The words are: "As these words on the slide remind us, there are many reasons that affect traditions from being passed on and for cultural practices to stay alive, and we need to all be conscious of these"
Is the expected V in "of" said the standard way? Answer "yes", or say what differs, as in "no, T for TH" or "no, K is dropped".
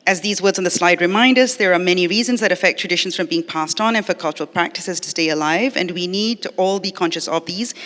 yes